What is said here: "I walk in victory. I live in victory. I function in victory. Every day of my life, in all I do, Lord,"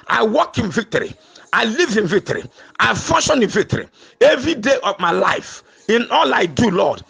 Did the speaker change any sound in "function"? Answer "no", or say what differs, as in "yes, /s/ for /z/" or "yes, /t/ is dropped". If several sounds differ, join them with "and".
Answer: yes, /k/ is dropped